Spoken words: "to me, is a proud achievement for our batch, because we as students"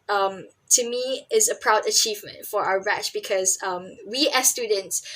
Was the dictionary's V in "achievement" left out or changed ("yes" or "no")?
no